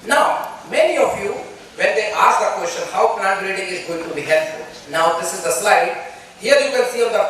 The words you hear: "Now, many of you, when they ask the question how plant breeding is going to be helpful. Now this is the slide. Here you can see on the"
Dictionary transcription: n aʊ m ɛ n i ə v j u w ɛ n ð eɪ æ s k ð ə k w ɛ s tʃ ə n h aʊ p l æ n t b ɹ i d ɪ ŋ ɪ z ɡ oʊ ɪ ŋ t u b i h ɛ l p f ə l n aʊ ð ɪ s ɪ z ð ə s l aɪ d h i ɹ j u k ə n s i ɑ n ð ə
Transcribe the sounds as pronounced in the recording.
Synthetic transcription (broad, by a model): n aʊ m ɛ n i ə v j u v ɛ n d eɪ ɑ s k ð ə k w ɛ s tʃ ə n h aʊ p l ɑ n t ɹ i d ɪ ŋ ɪ z ɡ oʊ ɪ ŋ t u b i h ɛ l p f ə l n aʊ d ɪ s ɪ z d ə s l aɪ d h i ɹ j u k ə l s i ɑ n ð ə